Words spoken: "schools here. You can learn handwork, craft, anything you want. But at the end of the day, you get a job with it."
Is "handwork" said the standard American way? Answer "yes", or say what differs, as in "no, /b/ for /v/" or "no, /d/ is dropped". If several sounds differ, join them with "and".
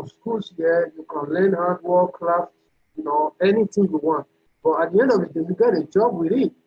no, /n/ is dropped